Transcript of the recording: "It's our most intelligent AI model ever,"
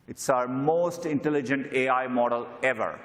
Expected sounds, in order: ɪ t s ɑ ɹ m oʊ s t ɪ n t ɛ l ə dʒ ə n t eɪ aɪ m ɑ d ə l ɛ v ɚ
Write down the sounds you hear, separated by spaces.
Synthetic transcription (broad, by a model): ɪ t s ɑ ɹ m oʊ s t ɪ n t ɛ l ə dʒ ə n t eɪ aɪ m ɑ d ə l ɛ v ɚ